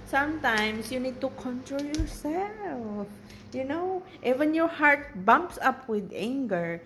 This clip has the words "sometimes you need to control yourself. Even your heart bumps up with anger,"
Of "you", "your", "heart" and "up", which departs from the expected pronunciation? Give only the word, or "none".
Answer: none